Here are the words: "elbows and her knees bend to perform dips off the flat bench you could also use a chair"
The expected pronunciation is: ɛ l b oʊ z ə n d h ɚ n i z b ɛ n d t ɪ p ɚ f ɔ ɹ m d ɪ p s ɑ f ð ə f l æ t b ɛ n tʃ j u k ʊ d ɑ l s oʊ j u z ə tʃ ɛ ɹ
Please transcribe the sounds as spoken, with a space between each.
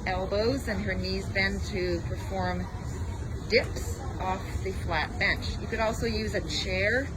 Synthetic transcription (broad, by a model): ɛ l b oʊ z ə n ɚ n i z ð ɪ n t ɪ p ɚ f ɔ ɹ m d ɪ p s ɑ f ð ə f l æ t b ɛ n tʃ j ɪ k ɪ d ɑ l s oʊ j u z ə tʃ ɛ ɹ